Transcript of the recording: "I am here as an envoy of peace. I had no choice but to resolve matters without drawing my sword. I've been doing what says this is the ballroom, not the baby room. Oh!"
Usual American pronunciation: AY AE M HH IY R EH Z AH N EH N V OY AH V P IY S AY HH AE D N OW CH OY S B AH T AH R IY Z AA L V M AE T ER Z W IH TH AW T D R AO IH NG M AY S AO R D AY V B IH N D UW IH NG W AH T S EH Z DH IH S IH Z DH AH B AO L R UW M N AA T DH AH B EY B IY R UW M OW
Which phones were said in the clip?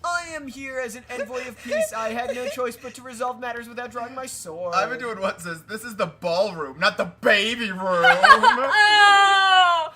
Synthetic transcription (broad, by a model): AY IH M HH IY R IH Z N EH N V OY AH V P IY S AY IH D N OW CH OY S B AH T AH R IY Z AA L V M AE T ER Z W IH TH AW T D R AO IH NG M AY S AO R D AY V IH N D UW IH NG W AH T S EH Z DH IH S IH Z DH AH B AO L R UW M N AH T DH AH B EY B IY R UW M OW